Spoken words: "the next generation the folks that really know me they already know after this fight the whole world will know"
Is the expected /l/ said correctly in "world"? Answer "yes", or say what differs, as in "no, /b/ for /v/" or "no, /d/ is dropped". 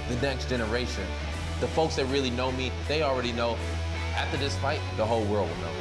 yes